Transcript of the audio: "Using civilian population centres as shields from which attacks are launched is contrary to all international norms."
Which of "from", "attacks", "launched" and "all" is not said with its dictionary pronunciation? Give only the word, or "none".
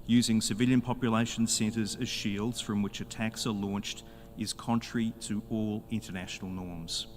none